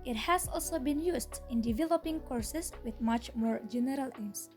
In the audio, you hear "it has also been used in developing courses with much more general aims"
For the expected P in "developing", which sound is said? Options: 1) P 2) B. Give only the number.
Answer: 1